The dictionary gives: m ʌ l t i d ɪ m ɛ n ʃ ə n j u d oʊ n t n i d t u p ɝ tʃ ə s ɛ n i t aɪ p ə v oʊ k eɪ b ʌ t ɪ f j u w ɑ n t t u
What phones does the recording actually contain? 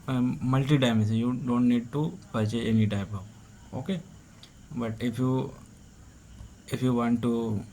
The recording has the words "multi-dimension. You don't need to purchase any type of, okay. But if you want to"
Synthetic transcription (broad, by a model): m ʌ l t i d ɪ ɪ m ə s j u d oʊ n t n i d t u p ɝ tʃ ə ɛ n i t aɪ p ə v oʊ k eɪ b ʌ t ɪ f j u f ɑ n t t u